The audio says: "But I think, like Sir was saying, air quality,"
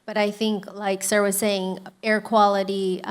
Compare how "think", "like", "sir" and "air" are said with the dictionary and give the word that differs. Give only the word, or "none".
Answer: none